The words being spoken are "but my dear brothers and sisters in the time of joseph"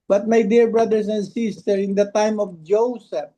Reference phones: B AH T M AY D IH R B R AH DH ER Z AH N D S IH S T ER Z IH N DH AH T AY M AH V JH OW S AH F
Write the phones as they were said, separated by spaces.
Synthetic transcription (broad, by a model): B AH T M AY D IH R B R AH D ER S AH N D S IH S T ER IH N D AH T AY M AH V JH OW S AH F